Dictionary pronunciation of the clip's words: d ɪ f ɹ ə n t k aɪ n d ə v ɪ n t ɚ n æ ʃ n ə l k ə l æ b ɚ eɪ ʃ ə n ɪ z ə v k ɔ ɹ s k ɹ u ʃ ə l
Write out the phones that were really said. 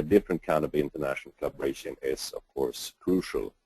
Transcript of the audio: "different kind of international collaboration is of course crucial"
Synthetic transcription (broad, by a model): d ɪ f ɹ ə n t k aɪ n ə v ɪ n t ɚ n æ ʃ n ə l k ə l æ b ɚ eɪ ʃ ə n ɪ z ə v k ɔ ɹ s k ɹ u ʃ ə l